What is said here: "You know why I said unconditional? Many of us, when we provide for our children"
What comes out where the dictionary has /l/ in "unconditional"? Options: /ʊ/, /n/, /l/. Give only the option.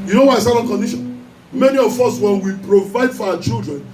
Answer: /n/